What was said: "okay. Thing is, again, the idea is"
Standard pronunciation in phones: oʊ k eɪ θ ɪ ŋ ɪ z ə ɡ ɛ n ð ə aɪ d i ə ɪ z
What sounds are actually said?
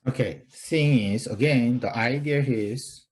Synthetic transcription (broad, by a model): oʊ k eɪ s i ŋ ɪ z ə ɡ ɛ n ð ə aɪ d i ə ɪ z